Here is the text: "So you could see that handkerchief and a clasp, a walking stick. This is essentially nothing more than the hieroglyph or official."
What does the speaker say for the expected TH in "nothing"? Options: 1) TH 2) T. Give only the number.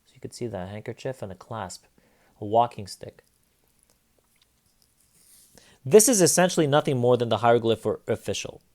1